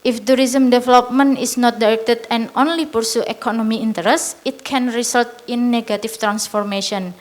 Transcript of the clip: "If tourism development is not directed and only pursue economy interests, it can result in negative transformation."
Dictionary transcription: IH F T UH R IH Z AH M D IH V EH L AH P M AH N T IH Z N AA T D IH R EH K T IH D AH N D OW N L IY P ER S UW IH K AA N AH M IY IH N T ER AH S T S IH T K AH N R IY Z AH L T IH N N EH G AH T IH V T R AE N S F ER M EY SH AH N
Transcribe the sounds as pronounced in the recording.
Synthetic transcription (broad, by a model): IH F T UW R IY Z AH M D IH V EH L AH P M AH N IH S N AA T D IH R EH K T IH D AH N OW N L IY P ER S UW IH K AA N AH M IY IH N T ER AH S S IH T K AH N R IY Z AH L T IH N N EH G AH T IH F T R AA N S F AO M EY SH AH N